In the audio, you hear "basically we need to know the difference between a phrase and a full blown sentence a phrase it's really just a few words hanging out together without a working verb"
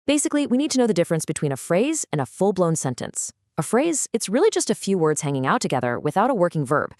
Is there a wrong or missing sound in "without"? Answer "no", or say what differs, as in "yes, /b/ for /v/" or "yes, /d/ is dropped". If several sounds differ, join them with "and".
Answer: no